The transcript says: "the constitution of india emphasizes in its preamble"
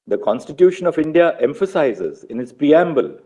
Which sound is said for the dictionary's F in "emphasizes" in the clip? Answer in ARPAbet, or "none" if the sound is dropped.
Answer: F